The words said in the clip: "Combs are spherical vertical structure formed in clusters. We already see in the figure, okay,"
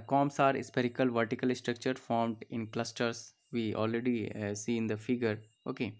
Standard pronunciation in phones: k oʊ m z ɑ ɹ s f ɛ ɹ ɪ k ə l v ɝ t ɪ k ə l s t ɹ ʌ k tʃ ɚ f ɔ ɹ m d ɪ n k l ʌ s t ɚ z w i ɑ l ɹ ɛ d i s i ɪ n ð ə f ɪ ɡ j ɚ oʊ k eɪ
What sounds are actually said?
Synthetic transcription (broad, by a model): k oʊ m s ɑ ɹ s p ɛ ɹ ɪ k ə l v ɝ t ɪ k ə l s t ɹ ʌ k tʃ ɚ f ɔ ɹ m d ɪ n k l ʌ s t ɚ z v i ɑ l ɹ ɛ d i s i ɪ n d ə f ɪ ɡ j ɚ oʊ k eɪ